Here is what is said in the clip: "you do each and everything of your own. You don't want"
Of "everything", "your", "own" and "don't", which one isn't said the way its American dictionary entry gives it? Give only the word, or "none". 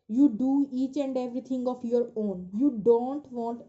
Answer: everything